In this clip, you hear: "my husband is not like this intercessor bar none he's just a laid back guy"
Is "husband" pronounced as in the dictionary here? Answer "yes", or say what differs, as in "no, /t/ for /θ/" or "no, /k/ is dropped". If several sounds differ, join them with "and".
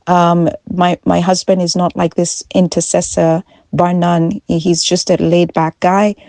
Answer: yes